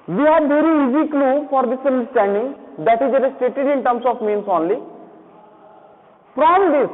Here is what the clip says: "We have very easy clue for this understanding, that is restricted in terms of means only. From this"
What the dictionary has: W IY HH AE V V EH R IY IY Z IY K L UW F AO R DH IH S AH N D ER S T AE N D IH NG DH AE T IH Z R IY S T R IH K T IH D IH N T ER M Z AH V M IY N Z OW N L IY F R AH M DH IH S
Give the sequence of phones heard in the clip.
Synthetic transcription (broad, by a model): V IY HH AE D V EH R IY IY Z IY K L UW F AO R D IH S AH N D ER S T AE N D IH NG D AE T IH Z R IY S T EH T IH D IH N T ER M S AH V M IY N S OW N L IY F R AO M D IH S